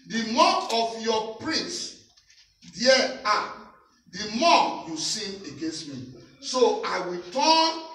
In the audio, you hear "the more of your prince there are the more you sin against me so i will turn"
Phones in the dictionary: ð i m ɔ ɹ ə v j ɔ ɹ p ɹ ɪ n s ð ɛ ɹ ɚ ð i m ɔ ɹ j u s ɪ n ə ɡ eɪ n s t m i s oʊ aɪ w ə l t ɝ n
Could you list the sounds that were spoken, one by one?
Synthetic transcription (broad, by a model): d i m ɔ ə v j ɔ p ɹ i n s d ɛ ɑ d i m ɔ j u s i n ə ɡ eɪ n s t m i s oʊ aɪ w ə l t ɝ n